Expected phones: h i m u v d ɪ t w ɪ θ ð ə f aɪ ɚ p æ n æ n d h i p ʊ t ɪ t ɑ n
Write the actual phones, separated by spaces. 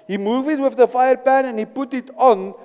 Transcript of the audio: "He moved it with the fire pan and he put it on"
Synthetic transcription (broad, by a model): h i m u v ɪ t w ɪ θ ð ə f aɪ ɚ p æ n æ n h i p ʊ t ɪ t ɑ n